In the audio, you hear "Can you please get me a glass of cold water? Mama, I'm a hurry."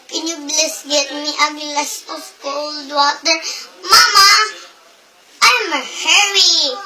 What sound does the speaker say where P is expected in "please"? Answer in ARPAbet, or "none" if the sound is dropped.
B